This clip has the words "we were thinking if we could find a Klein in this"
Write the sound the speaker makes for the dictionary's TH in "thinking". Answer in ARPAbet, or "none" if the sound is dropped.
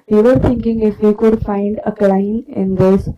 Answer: T